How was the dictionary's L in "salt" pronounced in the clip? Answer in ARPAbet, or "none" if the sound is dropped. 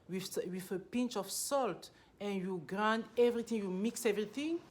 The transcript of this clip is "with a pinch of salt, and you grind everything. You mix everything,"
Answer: L